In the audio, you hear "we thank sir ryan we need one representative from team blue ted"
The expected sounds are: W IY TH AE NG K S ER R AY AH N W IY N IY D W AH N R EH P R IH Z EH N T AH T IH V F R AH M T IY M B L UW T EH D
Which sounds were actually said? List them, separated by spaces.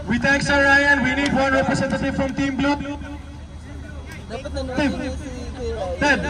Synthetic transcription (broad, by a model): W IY T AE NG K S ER R AY AH N W IY N IY D W AH N R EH P R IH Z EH N T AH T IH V F R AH M T IY M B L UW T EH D